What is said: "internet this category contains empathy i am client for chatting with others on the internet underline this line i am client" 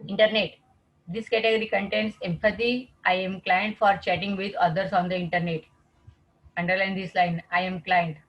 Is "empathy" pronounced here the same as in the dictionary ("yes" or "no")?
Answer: no